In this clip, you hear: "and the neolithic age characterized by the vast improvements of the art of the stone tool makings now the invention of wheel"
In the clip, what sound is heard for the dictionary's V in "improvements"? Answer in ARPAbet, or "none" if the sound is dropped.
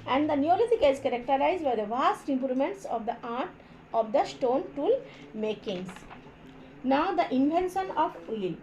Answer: none